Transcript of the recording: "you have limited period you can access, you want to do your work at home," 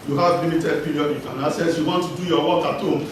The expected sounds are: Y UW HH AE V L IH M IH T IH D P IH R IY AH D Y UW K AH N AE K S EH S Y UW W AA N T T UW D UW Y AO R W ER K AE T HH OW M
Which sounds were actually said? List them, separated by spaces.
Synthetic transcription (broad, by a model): Y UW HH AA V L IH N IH T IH D P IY R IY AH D Y UW K AH N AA S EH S Y UW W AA N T T UW D UW Y AO W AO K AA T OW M